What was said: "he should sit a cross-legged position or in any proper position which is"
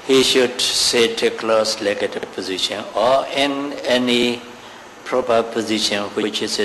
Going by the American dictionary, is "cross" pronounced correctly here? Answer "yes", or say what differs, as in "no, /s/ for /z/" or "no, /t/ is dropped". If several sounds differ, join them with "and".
no, /l/ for /ɹ/